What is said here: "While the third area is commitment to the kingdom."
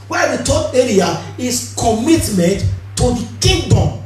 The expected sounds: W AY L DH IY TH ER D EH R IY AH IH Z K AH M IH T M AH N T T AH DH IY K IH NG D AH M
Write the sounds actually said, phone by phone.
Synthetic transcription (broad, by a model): W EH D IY T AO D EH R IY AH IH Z K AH M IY T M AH N T T AH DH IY K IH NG D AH M